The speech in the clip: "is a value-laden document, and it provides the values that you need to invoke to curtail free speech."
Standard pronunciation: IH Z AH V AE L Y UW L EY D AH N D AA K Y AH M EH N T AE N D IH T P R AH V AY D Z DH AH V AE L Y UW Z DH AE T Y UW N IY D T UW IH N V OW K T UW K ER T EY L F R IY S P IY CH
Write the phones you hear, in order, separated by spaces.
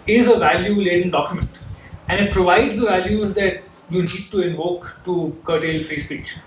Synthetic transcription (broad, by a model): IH Z AH V AE L Y UW L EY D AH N D AA K Y AH M EH N T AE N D IH T P R AH V AY D Z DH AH V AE L Y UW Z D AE T Y UW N IY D T UW IH N V OW K T UW K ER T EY L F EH S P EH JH